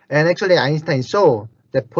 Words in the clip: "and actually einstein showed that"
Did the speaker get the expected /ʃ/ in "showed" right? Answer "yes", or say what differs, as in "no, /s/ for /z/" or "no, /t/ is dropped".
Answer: no, /s/ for /ʃ/